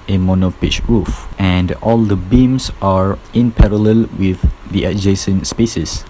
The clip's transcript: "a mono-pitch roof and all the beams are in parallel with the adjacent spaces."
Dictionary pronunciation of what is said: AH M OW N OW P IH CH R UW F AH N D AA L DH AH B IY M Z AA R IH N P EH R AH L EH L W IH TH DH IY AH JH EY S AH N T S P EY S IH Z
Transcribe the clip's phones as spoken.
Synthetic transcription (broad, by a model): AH M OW N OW P IH CH R UW F AH N D AA L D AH B IY M S AA R IH N P EH R AH L EH L W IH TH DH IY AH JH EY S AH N S P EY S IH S